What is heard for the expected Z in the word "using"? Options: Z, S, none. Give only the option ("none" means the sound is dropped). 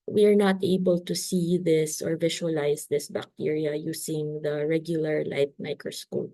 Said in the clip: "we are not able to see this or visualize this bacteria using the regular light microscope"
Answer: S